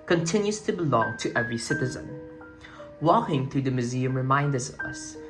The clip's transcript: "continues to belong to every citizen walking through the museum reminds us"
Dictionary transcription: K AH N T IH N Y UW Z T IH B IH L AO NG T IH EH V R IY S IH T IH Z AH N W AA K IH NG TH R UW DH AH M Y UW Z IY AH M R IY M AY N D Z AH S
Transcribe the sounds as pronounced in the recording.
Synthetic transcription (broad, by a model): K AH N T IH N Y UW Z T IH B IH L AO NG T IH EH V R IY S IH T IH Z AH N W AA K IH NG TH R UW DH AH M Y UW Z IY AH M R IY M AY N D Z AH S